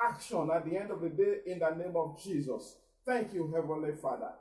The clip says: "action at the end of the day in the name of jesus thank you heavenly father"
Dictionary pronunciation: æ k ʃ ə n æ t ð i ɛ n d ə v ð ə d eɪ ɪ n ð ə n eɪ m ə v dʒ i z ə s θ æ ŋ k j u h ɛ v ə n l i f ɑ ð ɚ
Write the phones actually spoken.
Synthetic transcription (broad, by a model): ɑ k ʃ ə n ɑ t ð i ɛ n d ə v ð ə d eɪ ɪ n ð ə n eɪ m ə v dʒ i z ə s θ æ ŋ k j u h ɛ v ə n l i f ɑ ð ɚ